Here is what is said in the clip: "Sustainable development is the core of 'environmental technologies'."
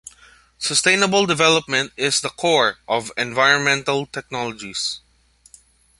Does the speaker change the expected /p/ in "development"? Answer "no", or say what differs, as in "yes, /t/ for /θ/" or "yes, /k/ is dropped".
no